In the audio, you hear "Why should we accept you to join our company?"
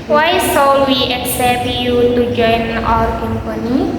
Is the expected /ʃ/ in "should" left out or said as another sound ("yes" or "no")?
yes